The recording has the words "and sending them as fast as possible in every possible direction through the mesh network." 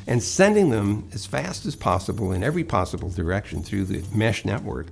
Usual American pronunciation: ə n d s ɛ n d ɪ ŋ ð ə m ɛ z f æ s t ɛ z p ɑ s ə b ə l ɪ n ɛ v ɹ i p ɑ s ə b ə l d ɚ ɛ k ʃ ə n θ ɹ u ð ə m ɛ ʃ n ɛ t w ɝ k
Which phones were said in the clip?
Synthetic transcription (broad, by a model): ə n s ɛ n d ɪ ŋ ð ə m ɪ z f æ s t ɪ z p ɑ s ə b l ɪ n ɛ v ɹ i p ɑ s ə b l d ɚ ɛ k ʃ ə n θ ɹ u ð ə m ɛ ʃ n ɛ t w ɝ k